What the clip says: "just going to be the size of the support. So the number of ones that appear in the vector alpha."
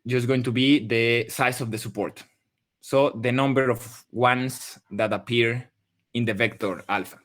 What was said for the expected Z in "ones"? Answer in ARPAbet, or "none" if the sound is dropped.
S